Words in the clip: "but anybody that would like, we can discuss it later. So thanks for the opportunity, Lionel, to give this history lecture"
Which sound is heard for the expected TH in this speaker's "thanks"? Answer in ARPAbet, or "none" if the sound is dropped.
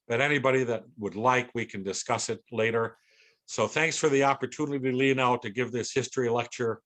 TH